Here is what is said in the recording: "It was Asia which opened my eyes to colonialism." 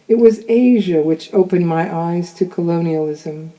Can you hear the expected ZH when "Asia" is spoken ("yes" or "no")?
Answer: yes